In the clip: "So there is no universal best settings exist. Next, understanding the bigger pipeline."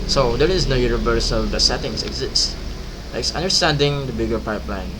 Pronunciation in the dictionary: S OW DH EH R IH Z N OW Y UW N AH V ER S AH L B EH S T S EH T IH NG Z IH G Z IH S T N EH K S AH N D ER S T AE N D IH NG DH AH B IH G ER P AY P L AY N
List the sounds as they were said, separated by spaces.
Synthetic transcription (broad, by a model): S OW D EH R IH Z N OW Y UW N AH V ER S AH L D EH T S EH T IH NG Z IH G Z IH S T L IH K S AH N D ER S T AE N D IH NG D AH B IH G ER P AY P L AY N